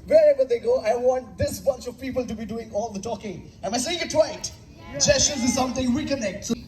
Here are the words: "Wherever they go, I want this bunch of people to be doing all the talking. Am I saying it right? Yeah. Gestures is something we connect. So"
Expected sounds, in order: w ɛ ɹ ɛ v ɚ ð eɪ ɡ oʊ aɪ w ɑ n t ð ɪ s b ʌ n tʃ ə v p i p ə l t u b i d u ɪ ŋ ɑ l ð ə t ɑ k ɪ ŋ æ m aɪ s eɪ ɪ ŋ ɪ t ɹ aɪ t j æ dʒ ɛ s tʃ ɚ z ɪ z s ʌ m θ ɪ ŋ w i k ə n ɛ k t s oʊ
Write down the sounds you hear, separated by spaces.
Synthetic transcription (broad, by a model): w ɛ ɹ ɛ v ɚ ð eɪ ɡ oʊ aɪ w ɑ n t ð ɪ s b ʌ n tʃ ə v p i p ə l t u b i d u ɪ ŋ ɑ l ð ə t ɑ k ɪ ŋ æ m aɪ s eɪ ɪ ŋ ɪ t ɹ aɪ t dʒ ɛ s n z ɪ z s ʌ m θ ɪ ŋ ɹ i k ə n ɛ k t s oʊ